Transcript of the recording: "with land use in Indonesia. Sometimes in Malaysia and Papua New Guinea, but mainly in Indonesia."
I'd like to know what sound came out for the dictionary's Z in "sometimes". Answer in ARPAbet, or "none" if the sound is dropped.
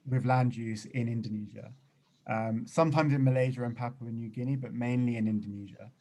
Z